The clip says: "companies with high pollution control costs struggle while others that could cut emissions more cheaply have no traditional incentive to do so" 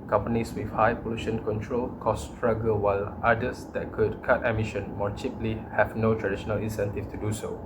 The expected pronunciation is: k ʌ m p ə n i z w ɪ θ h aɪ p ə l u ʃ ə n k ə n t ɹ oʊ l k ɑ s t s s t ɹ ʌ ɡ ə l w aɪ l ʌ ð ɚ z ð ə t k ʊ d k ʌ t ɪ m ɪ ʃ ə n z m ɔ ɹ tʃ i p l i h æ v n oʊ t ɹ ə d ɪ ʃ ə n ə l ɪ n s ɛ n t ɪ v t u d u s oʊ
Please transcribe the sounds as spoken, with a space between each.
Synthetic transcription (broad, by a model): k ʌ m p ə n i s w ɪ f h aɪ p ə l u ʃ ə n k ə n t ɹ oʊ l k ɑ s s s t ɹ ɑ ɡ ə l w aɪ l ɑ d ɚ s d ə t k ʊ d k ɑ t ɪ m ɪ ʃ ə n m ɔ ɹ tʃ i p l i h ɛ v n oʊ t ɹ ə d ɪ ʃ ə n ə l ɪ n s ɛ n t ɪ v t u d u s oʊ